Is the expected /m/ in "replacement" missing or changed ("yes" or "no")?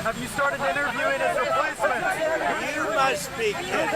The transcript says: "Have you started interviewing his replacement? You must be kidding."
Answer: yes